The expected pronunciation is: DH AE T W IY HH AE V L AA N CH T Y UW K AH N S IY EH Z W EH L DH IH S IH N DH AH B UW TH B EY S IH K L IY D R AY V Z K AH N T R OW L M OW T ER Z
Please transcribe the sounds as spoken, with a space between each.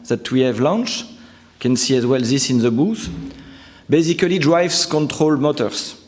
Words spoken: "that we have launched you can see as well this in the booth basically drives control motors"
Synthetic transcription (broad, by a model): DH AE T W IY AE V L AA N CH K AH N S IY EH Z W EH L DH IH S IH N DH AH B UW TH B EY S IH K L IY D R AY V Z K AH N T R OW L M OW T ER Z